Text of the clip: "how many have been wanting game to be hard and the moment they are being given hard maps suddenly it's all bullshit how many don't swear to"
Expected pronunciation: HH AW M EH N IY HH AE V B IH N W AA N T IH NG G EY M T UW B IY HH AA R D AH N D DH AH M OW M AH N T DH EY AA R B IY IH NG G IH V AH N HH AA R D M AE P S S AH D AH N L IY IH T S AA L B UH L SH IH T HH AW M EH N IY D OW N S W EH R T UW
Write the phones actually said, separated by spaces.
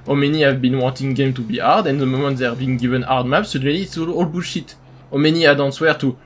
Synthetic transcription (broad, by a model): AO M EH N IY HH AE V B IH N W AA N T IH NG G EY M T UW B IY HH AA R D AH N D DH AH M OW M AH N T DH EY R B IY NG G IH V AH N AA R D M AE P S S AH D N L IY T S AA L B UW SH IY T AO M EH N IY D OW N S W EH R T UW